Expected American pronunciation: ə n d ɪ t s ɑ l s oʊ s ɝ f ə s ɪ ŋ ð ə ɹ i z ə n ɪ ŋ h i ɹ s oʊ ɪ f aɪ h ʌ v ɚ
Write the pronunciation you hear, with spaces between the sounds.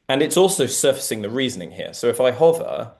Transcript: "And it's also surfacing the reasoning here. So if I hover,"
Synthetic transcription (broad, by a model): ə n ɪ t s ɑ l s oʊ s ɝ f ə s ɪ ŋ ð ə ɹ i z ə n ɪ ŋ h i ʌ s oʊ ɪ f aɪ h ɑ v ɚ